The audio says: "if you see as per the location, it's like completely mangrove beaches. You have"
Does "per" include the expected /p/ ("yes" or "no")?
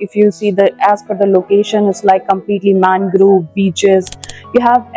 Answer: no